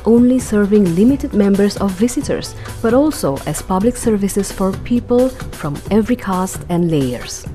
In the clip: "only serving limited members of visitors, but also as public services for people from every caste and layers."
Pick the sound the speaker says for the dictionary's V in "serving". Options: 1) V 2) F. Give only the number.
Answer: 1